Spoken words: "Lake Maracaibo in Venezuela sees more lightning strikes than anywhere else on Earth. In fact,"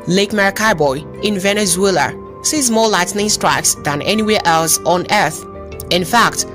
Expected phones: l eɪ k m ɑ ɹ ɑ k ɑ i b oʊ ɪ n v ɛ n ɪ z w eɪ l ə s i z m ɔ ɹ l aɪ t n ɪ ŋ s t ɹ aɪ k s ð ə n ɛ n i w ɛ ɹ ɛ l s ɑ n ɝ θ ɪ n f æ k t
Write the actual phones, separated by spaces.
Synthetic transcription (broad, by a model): l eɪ k m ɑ ɹ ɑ k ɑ b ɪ ɪ n v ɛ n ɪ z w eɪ l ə s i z m ɔ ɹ l aɪ t n ɪ ŋ s t ɹ aɪ k s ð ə n ɛ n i w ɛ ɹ ɛ l s ɑ n ɝ θ ɪ n f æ k t